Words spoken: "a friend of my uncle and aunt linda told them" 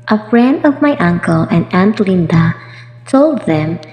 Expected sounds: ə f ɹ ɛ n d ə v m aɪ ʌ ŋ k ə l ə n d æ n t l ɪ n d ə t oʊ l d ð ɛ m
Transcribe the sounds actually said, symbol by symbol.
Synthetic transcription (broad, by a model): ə f ɹ ɛ n d ə v m aɪ ʌ ŋ k ə l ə n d æ n t l ɪ n d ə t oʊ l d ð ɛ m